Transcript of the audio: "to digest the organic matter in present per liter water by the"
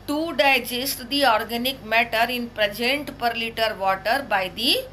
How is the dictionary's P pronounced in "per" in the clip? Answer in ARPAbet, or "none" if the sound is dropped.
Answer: P